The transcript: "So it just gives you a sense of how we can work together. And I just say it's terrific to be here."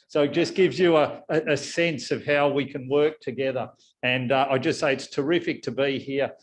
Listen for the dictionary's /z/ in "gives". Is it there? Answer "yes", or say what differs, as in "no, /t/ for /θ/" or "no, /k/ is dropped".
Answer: yes